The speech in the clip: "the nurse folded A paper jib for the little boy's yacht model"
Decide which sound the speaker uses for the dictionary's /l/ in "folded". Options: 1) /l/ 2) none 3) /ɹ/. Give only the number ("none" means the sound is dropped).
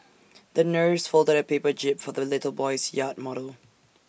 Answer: 1